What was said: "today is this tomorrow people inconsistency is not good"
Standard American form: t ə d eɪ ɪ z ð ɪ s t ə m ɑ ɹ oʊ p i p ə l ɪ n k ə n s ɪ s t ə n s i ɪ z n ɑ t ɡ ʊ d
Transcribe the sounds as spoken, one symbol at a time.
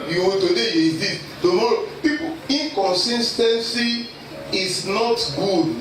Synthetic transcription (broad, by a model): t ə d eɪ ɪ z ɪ t ə m ɑ ɹ oʊ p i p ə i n k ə n s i s t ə n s i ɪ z n ɑ t ɡ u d